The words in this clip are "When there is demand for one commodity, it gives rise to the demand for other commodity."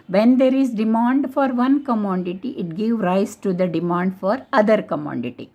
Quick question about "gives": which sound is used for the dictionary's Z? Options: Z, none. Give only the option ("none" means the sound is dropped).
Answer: none